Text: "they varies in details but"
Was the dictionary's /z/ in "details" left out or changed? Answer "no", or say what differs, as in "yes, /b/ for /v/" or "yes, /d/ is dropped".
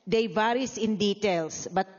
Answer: yes, /s/ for /z/